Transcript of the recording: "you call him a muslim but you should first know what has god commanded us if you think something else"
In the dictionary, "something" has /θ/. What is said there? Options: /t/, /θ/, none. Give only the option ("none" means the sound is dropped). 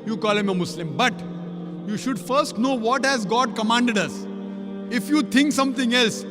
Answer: /t/